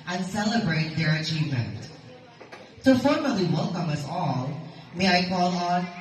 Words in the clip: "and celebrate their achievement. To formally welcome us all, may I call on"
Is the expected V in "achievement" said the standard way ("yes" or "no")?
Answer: yes